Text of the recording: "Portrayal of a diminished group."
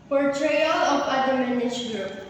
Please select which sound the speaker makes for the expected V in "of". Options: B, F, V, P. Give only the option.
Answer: P